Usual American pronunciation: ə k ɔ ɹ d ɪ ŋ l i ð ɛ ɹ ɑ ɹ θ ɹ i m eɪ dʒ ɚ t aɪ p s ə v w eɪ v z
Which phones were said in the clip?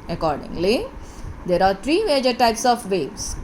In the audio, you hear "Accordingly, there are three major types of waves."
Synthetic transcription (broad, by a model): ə k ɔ ɹ d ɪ ŋ l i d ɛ ɹ ɑ ɹ t ɹ i m eɪ dʒ ɚ t aɪ p s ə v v eɪ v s